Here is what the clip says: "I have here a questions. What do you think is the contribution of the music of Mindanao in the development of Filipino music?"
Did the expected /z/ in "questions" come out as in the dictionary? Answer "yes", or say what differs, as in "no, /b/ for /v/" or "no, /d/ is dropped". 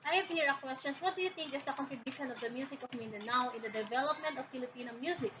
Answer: no, /s/ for /z/